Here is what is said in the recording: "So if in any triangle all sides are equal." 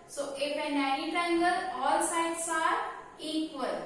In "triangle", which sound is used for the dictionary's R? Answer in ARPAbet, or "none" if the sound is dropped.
none